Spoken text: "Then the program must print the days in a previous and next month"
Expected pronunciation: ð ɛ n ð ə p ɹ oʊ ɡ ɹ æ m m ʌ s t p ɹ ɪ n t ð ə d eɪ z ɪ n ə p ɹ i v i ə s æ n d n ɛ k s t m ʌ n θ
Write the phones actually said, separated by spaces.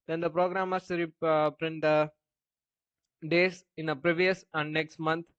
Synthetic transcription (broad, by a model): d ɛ n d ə p ɹ oʊ ɡ ɹ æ m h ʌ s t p ɹ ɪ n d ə d eɪ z ɪ n ə p ɹ i v i ə s æ n d n ɛ k s t m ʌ n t